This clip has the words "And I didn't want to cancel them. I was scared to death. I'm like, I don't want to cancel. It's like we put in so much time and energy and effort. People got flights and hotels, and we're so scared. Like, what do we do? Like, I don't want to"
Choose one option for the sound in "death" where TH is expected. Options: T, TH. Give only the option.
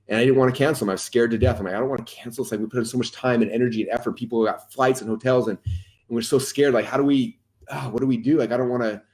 TH